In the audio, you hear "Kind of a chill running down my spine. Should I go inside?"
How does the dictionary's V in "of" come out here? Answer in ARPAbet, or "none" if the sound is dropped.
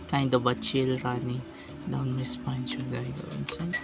B